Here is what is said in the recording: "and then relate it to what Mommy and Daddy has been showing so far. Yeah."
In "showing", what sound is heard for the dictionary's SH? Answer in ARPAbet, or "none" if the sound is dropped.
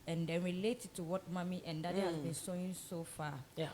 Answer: S